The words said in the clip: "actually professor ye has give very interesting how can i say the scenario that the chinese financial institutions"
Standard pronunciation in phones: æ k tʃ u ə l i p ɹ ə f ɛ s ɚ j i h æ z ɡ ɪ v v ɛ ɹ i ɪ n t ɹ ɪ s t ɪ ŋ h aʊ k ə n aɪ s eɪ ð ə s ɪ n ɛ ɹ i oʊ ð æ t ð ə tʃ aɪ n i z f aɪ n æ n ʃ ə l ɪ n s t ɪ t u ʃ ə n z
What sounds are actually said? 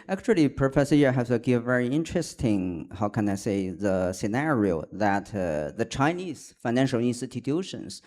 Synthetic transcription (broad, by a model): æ k tʃ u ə l i p ɹ ə f ɛ s ɚ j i h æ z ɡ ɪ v v ɛ ɹ i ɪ n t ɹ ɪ s t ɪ ŋ h aʊ k ə n aɪ s eɪ ð ə s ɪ n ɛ ɹ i oʊ ð æ t ð ə tʃ aɪ n i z f aɪ n æ n ʃ ə l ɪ n s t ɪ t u ʃ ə n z